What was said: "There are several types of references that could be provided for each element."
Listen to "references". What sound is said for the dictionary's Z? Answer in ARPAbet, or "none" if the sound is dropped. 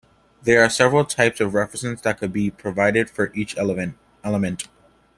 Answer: S